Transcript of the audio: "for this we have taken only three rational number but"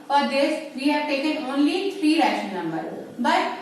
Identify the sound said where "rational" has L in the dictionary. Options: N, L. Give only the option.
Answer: N